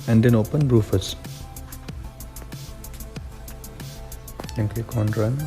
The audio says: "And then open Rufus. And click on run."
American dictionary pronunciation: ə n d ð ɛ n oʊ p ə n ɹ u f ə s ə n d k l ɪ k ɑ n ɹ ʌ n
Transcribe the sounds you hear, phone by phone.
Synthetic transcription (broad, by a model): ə n d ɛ n oʊ p ə n ɹ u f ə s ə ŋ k ɪ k ɑ n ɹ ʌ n